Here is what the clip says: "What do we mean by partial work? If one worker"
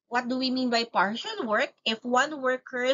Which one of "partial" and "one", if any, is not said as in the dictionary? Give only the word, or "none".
partial